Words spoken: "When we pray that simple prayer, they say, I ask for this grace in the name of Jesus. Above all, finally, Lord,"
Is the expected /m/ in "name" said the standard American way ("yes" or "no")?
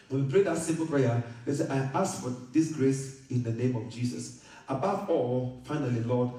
yes